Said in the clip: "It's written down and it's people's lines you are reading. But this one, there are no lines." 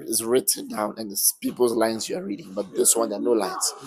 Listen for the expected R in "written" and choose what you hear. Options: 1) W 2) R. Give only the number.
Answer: 2